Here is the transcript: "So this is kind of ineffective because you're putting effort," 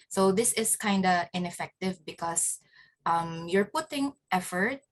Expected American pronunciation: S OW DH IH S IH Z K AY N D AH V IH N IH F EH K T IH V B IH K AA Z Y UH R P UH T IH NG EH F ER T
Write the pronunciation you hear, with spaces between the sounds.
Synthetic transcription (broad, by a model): S OW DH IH S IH S K AY N D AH IH N IH F EH K T IH V B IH K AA S Y UH R P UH T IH NG EH F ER T